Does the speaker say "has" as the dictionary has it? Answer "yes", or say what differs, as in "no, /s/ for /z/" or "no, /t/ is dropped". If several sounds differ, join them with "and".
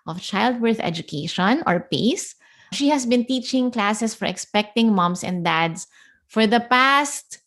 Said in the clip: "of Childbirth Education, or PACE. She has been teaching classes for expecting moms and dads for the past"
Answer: no, /s/ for /z/